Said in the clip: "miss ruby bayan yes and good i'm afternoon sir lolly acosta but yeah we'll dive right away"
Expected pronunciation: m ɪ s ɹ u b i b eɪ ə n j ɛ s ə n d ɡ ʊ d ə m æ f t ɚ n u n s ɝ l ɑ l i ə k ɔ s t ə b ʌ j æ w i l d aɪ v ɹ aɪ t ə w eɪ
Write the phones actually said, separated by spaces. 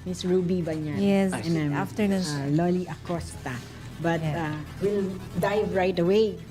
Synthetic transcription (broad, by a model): m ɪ s ɹ u b i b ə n j ɛ s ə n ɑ ə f t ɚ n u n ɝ l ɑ l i ə k ɔ s t ə b ʌ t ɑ w i l d aɪ v ɹ aɪ t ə w eɪ